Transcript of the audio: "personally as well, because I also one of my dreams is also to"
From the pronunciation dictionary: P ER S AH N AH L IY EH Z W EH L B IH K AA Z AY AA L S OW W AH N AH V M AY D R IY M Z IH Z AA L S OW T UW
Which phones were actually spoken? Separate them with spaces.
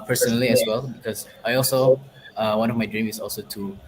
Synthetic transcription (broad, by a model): P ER S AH N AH L IY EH S W EH L B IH K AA S AY AA L S OW W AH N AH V M AY D R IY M IH S AA L S OW T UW